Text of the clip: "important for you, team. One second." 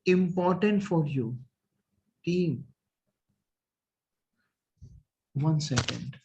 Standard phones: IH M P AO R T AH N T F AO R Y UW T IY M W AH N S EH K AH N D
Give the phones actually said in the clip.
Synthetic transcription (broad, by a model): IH M P AO R T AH N T F AO R Y UW T IY M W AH N S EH K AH N D